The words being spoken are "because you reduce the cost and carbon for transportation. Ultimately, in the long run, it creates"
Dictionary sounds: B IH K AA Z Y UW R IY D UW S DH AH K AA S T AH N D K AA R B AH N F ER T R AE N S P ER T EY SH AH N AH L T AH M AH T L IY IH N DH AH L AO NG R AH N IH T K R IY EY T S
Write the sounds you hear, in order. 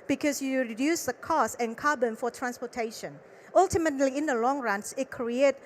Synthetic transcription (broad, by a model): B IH K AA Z Y UW R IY D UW S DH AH K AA S AH N K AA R B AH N F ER T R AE N S P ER T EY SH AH N AH L T AH M AH T L IY IH N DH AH L AO NG R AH N IH T K R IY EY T